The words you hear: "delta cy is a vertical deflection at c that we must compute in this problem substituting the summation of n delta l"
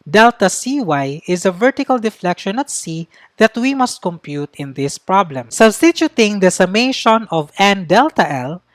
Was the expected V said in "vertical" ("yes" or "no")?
yes